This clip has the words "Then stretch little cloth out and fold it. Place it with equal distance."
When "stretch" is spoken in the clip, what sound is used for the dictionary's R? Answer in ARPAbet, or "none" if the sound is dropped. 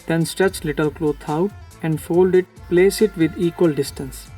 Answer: R